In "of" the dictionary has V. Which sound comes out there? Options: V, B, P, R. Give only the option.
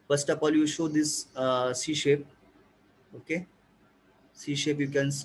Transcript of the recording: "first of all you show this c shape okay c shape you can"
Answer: P